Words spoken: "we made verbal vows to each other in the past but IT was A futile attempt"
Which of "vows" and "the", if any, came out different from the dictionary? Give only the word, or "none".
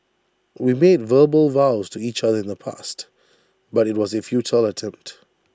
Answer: none